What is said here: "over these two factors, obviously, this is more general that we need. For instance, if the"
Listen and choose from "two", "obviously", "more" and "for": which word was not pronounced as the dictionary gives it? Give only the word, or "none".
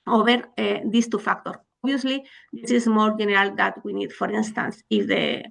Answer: obviously